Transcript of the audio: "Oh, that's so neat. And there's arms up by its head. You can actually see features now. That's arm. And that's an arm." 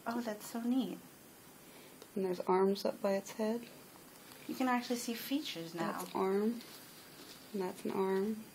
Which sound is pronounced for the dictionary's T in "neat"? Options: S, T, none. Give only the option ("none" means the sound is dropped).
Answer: T